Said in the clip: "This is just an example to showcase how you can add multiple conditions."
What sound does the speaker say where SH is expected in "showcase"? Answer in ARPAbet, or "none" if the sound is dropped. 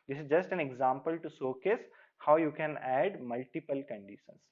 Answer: S